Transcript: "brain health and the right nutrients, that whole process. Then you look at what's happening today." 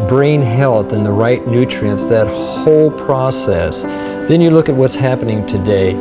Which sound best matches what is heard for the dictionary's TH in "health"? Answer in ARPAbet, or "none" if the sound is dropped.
TH